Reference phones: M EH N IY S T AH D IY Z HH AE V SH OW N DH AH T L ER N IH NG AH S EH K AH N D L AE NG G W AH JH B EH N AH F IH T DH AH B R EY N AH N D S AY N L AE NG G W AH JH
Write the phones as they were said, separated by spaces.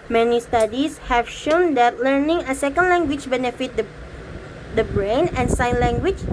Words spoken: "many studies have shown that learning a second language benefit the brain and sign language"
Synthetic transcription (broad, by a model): M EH N IY S T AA D IY S HH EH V SH OW N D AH T L ER N IH NG AH S EH K AH N D L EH NG G W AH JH B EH N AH F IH T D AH B R EY N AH N S AY N L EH NG G W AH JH